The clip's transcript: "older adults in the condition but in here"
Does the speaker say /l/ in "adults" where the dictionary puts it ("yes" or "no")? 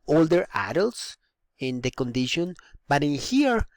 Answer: yes